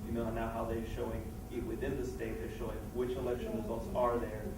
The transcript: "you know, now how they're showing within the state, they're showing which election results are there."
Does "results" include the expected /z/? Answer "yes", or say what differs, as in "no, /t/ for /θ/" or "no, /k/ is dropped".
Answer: yes